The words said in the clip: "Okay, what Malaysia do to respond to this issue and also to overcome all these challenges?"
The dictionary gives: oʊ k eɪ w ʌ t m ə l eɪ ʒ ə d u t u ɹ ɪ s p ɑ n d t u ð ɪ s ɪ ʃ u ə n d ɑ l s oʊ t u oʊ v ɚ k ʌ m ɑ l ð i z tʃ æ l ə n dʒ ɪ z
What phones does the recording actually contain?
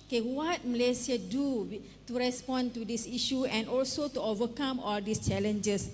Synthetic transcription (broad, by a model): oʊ k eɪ w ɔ t m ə l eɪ s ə d u t u ɹ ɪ s p ɑ n t u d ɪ s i ʃ u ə n ɑ l s oʊ t u oʊ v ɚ k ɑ m ɑ l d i s tʃ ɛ l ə n dʒ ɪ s